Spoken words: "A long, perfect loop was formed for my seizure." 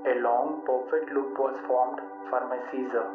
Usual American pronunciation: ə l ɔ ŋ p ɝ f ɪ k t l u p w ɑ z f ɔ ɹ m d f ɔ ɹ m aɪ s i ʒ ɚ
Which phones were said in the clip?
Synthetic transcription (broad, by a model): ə l ɔ ŋ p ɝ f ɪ t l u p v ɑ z f ɔ ɹ m d f ɔ ɹ m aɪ s i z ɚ